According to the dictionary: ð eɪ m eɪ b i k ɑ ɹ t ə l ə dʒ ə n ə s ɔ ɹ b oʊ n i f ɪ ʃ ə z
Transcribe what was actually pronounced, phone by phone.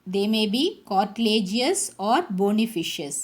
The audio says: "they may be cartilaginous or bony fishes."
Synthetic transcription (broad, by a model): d eɪ m eɪ b i k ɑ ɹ t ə l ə dʒ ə ə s ɔ ɹ b oʊ n i f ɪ ʃ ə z